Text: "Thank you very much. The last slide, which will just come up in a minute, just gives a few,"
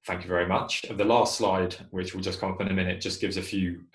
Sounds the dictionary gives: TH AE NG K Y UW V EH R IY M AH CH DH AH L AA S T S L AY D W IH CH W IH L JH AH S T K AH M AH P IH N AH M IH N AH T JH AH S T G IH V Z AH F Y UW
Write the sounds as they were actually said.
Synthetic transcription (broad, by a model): TH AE NG K Y UW V EH R IY M AH CH DH AH L AA S T S L AY D W IH CH W IH L JH AH S K AH M AH P IH N AH M IH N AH T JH AH S G IH V Z AH F Y UW